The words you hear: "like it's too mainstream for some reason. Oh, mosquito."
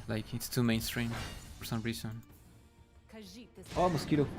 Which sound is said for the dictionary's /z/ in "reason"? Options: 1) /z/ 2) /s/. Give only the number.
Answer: 2